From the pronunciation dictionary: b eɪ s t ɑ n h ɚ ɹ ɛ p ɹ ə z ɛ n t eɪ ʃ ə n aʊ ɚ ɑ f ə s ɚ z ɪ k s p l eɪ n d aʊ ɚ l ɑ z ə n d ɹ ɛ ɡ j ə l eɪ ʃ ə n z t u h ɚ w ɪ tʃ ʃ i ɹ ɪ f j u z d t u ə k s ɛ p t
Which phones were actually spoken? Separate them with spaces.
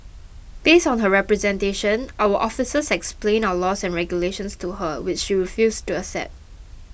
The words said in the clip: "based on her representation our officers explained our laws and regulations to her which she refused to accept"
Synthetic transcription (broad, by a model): b eɪ s t ɑ n h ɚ ɹ ɛ p ɹ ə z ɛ n t eɪ ʃ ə n aʊ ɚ ɑ f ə s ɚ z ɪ k s p l eɪ n aʊ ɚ l ɑ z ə n ɹ ɛ ɡ j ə l eɪ ʃ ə n s t u h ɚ w ɪ tʃ ʃ i ɹ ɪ f j u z t u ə s ɛ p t